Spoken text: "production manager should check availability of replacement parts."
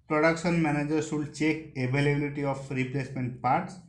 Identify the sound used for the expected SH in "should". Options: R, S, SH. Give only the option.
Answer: S